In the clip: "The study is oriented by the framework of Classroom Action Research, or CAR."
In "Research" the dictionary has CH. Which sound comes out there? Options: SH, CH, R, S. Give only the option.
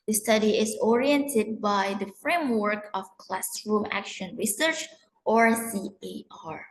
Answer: CH